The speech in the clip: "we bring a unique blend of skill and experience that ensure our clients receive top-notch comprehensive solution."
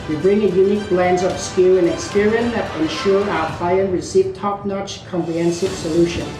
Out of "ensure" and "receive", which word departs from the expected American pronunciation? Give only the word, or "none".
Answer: none